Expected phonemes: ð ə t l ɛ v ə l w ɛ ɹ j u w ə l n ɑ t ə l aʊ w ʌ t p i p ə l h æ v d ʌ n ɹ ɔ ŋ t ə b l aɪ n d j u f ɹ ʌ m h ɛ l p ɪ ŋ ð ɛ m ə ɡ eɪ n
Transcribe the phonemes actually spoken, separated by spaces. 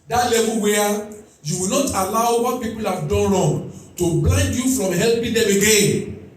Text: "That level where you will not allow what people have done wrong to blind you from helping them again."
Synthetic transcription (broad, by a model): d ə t l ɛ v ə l w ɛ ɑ j u w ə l n ɑ t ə l aʊ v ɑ p i p ə l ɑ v d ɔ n l ɔ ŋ t ə b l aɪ n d j u f ɹ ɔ m h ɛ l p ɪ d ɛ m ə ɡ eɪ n